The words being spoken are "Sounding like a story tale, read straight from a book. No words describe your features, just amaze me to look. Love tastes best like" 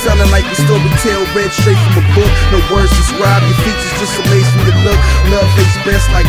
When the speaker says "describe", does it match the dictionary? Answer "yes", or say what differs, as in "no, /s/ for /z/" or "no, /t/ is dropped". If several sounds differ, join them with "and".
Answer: no, /k/ is dropped